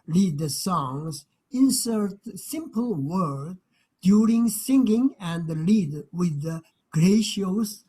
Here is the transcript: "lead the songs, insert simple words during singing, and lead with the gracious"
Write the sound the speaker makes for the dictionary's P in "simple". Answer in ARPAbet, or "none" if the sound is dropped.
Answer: P